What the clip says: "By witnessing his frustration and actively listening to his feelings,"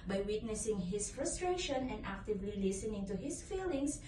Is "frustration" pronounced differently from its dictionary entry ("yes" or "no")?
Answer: no